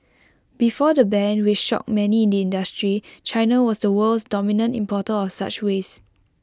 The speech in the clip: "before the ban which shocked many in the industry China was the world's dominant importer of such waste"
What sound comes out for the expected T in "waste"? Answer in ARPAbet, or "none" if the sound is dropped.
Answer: none